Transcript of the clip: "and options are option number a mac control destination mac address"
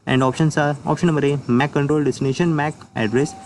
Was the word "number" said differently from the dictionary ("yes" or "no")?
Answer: yes